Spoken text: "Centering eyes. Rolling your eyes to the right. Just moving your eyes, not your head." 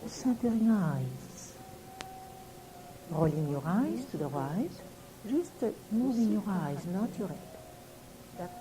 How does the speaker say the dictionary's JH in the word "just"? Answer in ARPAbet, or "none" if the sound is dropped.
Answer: ZH